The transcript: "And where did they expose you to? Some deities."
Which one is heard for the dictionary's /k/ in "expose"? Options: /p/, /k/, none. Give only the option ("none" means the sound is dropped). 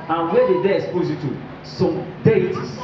none